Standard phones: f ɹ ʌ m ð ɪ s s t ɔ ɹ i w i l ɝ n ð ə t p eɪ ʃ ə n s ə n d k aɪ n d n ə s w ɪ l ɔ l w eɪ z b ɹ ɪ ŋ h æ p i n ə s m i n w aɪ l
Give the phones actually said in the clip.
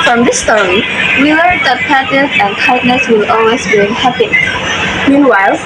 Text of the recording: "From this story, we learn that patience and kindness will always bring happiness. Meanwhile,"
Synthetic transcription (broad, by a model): f ɹ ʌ m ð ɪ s s t ɔ ɹ i w i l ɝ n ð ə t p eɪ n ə s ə n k aɪ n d n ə s w ɪ l ɔ l w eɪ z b i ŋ h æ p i m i n w aɪ l